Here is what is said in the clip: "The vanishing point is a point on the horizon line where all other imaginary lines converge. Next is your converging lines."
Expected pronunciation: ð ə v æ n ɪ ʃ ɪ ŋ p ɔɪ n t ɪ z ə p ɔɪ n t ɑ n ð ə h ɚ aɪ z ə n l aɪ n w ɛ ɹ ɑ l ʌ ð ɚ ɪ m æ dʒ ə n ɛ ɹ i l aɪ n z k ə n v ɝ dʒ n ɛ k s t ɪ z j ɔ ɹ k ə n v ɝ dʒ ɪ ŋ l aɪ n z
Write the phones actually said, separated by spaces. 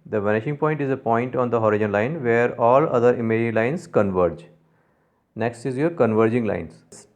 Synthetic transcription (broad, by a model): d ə v æ n ɪ ʃ ɪ ŋ p ɔɪ n t ɪ z ə p ɔɪ n t ɑ n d ə h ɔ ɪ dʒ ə n l aɪ n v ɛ ɹ ɑ l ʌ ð ɚ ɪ m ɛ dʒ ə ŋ l aɪ n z k ə n v ɝ dʒ n ɛ k s t ɪ z j ɔ ɹ k ə n v ɝ dʒ ɪ ŋ l aɪ n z